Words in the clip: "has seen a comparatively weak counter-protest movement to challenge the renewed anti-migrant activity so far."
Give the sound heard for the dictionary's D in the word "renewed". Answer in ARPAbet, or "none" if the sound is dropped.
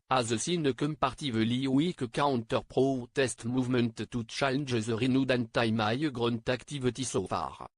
D